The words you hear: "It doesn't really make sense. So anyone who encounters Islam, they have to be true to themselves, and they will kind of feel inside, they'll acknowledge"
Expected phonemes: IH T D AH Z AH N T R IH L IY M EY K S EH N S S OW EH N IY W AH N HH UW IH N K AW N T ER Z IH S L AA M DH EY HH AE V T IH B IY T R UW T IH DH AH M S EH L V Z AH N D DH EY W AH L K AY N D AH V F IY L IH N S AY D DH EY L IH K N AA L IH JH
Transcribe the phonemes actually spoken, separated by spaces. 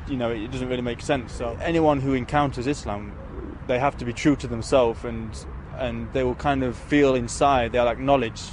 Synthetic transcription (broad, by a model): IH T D AH Z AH N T R IH L IY M EY K S EH N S S OW EH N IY W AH N HH UW IH N K AW N T ER Z IH S L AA M DH EY HH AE F T IH B IY T R UW T IH DH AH M S EH L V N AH N DH EY W AH L K AY N D AH V F IY L IH N S AY D DH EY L IH K N AA L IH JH